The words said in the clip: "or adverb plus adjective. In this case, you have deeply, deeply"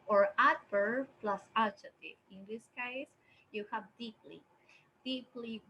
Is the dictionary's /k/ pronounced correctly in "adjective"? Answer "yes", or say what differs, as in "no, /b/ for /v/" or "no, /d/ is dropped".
no, /k/ is dropped